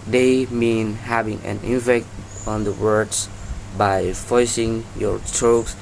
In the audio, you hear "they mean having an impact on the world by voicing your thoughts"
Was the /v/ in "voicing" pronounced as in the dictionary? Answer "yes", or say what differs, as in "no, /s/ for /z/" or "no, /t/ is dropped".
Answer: no, /f/ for /v/